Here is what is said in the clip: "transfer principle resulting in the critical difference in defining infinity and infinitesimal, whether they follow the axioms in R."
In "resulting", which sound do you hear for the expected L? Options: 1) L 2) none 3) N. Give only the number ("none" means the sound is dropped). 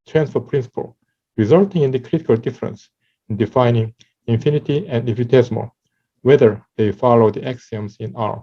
1